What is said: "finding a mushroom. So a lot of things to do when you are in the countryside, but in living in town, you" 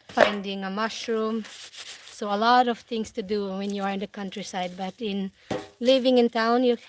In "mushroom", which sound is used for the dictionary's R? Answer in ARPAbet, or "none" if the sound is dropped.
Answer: R